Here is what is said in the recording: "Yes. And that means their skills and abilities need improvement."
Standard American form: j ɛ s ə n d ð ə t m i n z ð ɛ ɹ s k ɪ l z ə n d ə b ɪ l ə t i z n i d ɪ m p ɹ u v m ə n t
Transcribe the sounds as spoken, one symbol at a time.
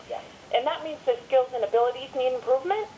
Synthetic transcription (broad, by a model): j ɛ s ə n ð ə t m i n z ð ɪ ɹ s k ɪ l z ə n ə b ɪ l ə t i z n i d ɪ m p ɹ u v m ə n t